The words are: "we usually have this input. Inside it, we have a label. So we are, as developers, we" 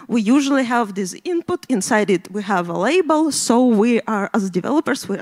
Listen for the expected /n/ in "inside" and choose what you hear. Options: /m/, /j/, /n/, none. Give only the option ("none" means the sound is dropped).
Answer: /n/